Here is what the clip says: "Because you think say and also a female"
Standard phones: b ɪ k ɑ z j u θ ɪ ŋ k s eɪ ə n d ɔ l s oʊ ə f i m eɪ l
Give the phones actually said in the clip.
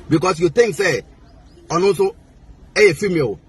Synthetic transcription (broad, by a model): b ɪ k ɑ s j u t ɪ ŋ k s eɪ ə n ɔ s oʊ ə f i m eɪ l